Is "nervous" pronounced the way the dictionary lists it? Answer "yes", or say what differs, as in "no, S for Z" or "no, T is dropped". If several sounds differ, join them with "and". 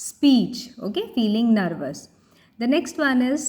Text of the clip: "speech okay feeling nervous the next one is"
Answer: yes